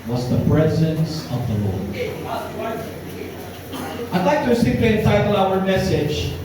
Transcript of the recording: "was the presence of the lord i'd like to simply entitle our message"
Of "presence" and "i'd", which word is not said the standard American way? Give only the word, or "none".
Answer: none